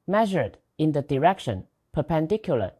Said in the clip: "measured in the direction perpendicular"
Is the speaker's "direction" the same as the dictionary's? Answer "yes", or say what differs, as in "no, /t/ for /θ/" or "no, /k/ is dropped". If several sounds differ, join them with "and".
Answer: yes